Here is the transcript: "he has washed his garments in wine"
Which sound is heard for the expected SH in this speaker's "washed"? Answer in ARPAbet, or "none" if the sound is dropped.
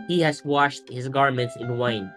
SH